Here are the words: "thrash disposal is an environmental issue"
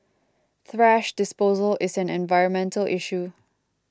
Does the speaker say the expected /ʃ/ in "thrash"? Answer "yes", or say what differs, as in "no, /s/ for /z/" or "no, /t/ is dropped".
yes